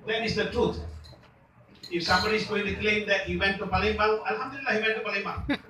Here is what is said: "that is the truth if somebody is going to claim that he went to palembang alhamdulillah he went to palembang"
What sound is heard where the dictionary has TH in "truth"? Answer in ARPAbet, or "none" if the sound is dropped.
T